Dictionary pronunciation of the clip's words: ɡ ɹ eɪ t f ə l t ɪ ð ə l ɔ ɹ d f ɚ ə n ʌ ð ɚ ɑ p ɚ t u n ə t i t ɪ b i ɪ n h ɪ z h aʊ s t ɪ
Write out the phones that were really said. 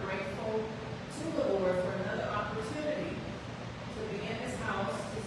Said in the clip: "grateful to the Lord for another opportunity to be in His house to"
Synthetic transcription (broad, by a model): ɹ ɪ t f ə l t ɪ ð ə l ɔ ɹ f ɚ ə n ʌ ð ɚ ɑ p ɚ t u n ə t i t ɪ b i ɪ n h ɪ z h aʊ s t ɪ